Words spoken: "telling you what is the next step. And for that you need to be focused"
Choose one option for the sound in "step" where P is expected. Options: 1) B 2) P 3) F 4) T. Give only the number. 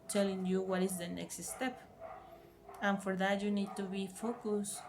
2